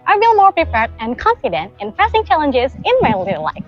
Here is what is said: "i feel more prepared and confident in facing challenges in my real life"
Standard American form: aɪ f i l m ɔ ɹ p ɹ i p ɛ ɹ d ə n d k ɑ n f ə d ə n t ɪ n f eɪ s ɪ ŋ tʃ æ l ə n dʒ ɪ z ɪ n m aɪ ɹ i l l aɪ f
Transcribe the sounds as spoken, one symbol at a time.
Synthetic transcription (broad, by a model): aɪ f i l m ɔ ɹ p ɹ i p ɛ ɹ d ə n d k ɑ n f ə d ə n t ɪ n p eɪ s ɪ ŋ tʃ æ l ə n dʒ ɪ z ɪ n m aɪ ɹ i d l aɪ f